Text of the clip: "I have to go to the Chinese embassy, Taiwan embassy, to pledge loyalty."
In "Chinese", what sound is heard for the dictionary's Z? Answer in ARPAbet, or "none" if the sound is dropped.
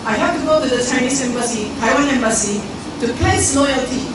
S